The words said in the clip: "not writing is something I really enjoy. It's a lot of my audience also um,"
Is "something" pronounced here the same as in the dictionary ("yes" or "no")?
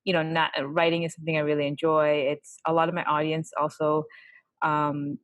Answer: yes